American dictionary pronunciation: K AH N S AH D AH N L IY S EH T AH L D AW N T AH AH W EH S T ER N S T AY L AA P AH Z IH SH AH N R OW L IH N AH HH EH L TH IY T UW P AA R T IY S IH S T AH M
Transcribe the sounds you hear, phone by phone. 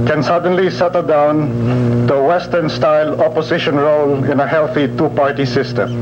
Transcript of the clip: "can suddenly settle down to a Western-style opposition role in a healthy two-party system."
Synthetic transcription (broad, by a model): K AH N S AH D AH N L IY S EH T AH L D AW N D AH AH W EH S T ER N S T AY L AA P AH S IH SH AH N R OW L IH N AH HH EH L TH IY T UW P AA R T IY S IH S T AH M